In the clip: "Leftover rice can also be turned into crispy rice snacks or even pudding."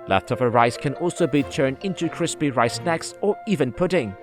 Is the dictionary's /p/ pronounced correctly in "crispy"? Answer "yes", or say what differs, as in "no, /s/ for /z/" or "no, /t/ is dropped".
yes